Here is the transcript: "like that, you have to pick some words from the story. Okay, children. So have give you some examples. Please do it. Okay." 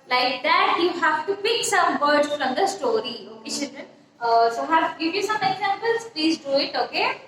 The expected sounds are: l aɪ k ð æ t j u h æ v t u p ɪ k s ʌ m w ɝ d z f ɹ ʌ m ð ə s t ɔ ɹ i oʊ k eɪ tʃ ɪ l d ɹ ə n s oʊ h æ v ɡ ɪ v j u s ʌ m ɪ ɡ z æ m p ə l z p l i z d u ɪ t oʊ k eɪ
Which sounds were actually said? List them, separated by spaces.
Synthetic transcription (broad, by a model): l aɪ k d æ t j u h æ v t u p ɪ k s ʌ m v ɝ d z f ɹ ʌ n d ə s t ɔ ɹ i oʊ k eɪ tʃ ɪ d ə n s oʊ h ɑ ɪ ɡ ɪ v j u s ʌ m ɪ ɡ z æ m p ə l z p l i z d u ɪ t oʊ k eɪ